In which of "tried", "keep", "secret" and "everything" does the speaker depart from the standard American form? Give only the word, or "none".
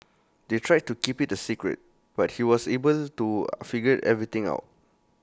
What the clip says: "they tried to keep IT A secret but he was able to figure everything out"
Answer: everything